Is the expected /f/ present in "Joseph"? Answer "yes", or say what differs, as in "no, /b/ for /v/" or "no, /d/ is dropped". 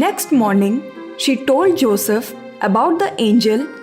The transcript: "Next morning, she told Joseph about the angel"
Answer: yes